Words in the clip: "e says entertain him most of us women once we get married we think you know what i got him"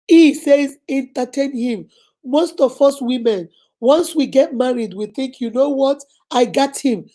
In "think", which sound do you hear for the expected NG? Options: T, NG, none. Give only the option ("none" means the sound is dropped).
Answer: NG